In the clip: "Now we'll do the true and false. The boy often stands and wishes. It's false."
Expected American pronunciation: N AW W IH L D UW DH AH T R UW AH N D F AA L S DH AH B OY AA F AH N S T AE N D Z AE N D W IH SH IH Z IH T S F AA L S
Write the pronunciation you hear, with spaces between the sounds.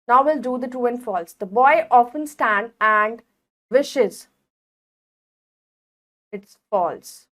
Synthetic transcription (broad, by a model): N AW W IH L D UW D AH T UW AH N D F AA L S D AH B OY AA F AH N S T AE N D AE N D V IH SH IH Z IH T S F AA L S